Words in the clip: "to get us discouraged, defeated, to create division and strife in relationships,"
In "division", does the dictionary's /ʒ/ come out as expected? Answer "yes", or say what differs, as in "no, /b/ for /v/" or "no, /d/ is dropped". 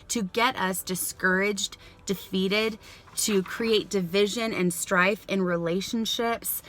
yes